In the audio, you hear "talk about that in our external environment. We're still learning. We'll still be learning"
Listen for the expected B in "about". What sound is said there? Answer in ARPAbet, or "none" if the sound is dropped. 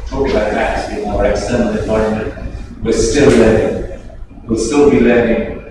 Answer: none